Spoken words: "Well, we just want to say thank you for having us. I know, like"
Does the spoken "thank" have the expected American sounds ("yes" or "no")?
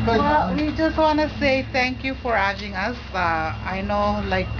no